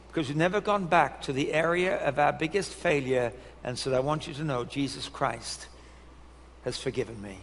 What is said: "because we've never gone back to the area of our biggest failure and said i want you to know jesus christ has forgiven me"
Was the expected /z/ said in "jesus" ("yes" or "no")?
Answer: yes